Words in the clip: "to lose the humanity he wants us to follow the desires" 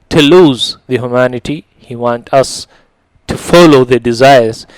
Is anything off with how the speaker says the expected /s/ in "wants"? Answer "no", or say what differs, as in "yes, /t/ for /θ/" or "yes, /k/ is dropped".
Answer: yes, /s/ is dropped